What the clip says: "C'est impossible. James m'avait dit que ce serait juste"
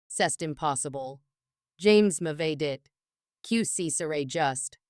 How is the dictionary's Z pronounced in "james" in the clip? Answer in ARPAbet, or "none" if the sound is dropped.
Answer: Z